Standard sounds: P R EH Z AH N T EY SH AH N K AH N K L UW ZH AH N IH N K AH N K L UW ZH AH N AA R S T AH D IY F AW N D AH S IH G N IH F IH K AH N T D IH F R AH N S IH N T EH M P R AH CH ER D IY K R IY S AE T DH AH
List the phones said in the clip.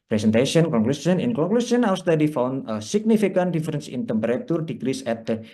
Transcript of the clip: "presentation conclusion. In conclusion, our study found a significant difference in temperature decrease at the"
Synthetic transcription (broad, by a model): P R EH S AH N T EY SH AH N K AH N K L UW S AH N IH N K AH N K L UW S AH N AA W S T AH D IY F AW N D AH S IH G N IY F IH K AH N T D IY F R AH N S IH N T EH M P R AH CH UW D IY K R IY S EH T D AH